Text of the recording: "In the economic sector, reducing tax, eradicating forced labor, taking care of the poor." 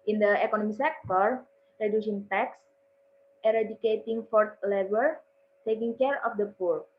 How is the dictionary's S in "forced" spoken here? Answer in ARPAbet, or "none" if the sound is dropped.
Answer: none